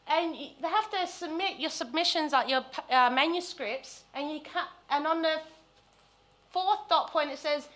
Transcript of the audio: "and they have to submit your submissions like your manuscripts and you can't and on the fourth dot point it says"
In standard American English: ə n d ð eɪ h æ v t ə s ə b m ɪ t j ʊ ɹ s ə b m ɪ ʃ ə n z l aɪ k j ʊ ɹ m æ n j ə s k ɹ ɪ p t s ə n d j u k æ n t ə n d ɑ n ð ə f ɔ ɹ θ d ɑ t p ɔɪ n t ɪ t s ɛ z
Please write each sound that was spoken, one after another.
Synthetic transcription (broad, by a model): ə n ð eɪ h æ f t ə s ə b m ɪ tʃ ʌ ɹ s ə b m ɪ ʃ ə n z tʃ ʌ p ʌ m æ n j ə s k ɹ ɪ p t s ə n j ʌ k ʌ n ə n n ð ə f ɔ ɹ θ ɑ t p ɔɪ n t ɪ t s ɛ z